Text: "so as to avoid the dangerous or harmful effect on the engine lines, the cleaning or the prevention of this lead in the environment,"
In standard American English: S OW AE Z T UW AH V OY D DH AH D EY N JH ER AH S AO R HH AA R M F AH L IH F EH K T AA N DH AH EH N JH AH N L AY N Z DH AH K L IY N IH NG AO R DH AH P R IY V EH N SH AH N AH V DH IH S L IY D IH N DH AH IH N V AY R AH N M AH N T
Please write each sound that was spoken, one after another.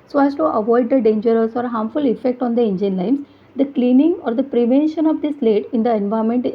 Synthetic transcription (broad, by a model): S OW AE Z T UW AH V OY D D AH D EY N JH ER AH S AO R HH AA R M F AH L IH F EH K T AA N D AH EH N JH AH N L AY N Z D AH K L IY N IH NG AO R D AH P R IY V EH N SH AH N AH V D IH S L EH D IH N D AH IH N V AY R M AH N T